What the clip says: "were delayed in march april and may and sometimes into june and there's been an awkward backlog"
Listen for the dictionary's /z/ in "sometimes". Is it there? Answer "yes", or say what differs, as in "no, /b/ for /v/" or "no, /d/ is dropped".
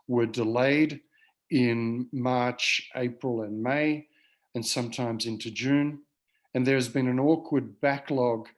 yes